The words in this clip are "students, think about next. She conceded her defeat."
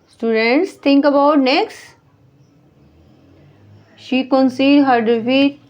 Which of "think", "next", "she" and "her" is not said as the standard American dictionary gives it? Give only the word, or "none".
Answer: think